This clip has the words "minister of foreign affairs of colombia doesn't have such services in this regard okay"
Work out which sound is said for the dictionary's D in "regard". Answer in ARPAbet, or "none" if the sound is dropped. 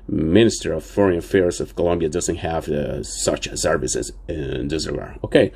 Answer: none